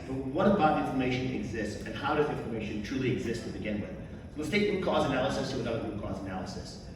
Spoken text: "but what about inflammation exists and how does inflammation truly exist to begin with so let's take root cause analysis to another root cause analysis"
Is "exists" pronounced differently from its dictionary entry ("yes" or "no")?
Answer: no